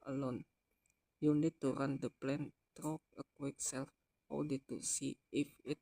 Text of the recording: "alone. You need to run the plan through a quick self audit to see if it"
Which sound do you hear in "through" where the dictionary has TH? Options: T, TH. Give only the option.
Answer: T